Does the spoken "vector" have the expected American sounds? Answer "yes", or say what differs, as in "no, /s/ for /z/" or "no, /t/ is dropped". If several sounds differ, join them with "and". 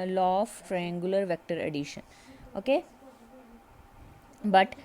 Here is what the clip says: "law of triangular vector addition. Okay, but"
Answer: yes